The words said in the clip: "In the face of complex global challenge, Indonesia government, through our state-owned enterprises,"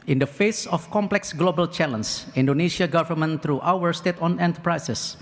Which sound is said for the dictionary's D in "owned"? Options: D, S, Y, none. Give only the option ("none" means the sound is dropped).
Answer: none